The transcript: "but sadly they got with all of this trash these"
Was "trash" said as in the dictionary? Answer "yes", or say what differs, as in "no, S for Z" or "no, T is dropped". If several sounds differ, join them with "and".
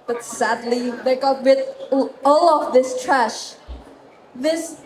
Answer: yes